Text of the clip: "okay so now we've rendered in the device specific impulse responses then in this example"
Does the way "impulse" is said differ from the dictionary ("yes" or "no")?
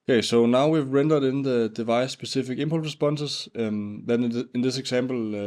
yes